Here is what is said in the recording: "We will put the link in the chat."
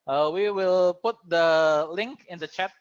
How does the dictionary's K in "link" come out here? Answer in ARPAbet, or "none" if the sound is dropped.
K